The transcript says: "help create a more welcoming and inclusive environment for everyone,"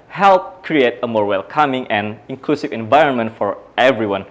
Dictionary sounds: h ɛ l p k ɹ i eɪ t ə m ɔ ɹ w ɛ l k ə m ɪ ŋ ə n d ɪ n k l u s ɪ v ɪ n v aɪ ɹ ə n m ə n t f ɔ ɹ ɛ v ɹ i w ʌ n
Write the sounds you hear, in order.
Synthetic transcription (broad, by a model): h ɛ l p k ɹ i eɪ t ə m ɔ ɹ w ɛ l k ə m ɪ ŋ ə n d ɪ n k l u s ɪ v ɪ n v aɪ ɹ ə n m ə n t f ɔ ɹ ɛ v ɹ i w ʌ n